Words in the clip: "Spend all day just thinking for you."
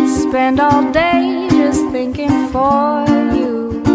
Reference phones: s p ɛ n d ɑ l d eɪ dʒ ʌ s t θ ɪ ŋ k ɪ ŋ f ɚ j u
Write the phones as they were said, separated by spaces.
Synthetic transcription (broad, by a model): s p ɛ n d ɑ l d eɪ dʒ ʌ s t θ ɪ ŋ k ɪ ŋ f ɚ j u